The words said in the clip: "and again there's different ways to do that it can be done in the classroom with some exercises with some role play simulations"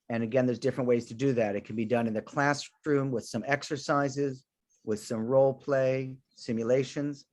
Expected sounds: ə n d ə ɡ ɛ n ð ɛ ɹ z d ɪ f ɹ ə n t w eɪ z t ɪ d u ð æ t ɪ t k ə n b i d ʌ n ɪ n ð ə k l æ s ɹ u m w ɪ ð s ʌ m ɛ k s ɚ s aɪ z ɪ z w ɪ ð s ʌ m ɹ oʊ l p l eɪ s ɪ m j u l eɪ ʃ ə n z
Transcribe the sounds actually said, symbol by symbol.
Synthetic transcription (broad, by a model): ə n ə ɡ ɛ n ð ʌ ɹ z d ɪ f ɹ ə n t w eɪ z t ɪ d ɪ ð æ t ɪ t k n b i d ʌ n ɪ n ð ə k l æ s ɹ u m w ɪ ð s ʌ m ɛ k s ɚ s aɪ z ɪ z w ɪ ð s ʌ m ɹ oʊ l p l eɪ s ɪ m j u l eɪ ʃ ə n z